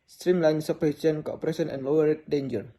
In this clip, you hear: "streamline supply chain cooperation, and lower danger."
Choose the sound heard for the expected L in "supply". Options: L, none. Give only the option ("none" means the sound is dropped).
none